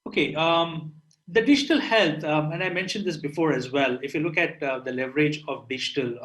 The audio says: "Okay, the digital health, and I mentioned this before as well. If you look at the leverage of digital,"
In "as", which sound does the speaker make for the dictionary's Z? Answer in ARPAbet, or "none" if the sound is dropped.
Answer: Z